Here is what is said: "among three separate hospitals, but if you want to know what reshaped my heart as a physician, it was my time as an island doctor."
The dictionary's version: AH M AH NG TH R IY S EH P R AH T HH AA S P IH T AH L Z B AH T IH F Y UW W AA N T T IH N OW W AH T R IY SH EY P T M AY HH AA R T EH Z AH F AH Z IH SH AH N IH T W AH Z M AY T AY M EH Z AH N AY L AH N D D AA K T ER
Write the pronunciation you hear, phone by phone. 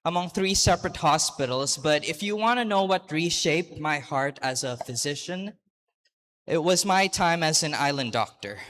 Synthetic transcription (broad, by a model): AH M AH NG TH R IY S EH P R AH T HH AA S P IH T L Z B AH T IH F Y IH W AA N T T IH N OW W AH T R IY SH EY P T M AY HH AA R T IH Z AH F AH Z IH SH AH N IH T W AH Z M AY T AY M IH Z AH N AY L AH N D D AA K T ER